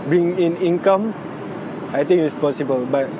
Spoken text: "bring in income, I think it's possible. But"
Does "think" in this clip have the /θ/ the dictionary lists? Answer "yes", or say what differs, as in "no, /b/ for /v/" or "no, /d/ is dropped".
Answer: no, /t/ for /θ/